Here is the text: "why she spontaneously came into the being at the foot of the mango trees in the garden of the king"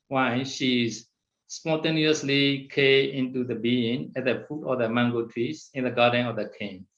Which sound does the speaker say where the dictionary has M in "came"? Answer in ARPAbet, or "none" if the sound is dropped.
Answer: none